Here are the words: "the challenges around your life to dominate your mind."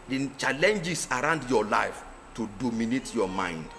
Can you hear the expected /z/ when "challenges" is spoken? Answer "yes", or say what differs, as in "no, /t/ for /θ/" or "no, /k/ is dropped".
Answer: no, /s/ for /z/